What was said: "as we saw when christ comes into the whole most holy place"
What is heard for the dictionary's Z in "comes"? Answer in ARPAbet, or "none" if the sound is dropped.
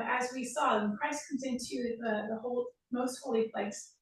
Z